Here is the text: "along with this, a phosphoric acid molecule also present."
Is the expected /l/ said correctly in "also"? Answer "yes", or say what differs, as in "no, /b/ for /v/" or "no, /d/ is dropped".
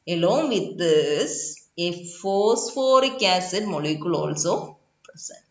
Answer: yes